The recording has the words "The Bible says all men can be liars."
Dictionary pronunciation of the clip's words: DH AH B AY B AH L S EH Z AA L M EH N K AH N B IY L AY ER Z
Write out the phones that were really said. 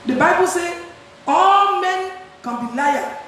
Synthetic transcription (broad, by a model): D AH B AY B AH L S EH AA L M EH N K AH N B IY L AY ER